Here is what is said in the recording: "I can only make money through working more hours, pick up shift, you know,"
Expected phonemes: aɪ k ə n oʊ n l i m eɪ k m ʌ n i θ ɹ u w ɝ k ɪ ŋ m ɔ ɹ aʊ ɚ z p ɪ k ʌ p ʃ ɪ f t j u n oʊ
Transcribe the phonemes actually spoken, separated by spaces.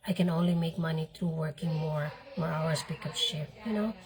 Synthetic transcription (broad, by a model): aɪ k ə n oʊ n l i m eɪ k m ʌ n i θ ɹ u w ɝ k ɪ ŋ m ɔ ɹ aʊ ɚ s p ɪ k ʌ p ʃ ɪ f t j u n oʊ